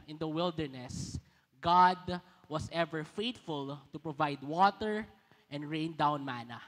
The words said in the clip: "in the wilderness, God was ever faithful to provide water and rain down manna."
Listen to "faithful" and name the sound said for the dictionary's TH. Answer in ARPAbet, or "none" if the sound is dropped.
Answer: T